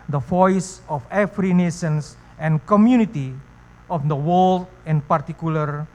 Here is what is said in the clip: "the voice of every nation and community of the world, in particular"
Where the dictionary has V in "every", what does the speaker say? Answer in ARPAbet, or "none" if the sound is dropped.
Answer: F